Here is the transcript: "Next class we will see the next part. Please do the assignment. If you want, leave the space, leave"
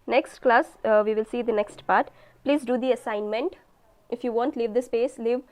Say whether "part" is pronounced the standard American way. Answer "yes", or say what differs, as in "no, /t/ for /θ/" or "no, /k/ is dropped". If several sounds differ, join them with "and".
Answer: yes